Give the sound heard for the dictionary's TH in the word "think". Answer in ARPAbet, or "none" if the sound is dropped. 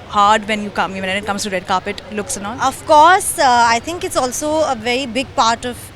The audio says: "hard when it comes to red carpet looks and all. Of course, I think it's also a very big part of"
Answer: T